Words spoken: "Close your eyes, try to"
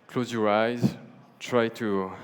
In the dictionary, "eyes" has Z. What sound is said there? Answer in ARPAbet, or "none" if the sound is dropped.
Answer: Z